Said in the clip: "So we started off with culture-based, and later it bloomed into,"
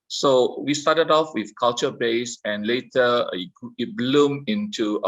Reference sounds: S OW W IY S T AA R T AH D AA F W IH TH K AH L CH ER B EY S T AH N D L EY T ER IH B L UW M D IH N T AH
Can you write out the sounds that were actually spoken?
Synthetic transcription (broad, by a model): S OW W IY S T AA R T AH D AA F W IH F K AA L CH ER B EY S AH N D L EY T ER IH B L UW M IH N T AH